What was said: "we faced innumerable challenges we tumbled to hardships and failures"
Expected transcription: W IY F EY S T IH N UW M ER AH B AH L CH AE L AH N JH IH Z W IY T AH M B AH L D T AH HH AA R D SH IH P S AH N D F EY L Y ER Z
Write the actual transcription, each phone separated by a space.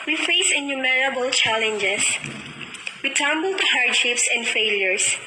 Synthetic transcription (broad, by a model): W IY F EY S IH N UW M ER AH B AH L CH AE L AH N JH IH S W IY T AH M B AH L T AH HH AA R D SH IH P S AH N D F EY L Y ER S